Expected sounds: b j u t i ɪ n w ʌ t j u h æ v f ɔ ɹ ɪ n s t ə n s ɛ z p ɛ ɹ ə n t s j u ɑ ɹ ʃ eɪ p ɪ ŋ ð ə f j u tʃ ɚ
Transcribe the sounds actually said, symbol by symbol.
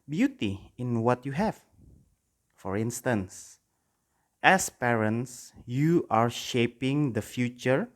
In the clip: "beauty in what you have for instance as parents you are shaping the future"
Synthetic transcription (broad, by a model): b j u t i ɪ n w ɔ t j u h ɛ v f ɔ ɹ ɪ n s t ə n s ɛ s p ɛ ɹ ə n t s j u ɑ ɹ ʃ eɪ p ɪ ŋ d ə f j u tʃ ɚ